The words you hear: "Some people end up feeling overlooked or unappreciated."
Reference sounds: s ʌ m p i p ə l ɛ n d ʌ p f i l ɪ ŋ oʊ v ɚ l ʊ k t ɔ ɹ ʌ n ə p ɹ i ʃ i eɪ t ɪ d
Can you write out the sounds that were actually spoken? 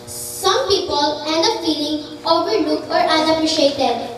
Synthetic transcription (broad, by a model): s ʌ m p i p ə l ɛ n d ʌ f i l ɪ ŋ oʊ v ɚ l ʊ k ɔ ɹ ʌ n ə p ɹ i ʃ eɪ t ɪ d